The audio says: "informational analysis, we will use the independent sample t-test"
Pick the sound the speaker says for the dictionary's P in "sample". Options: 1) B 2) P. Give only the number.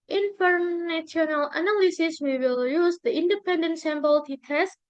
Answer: 1